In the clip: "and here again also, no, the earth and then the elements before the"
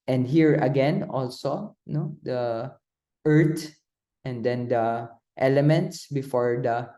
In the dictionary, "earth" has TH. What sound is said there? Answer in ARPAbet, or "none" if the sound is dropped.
T